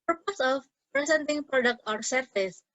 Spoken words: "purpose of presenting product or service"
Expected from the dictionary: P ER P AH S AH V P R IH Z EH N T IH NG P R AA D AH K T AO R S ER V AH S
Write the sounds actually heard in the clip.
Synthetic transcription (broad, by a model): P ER P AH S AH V P R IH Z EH N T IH NG P R AA D AH K T AO R S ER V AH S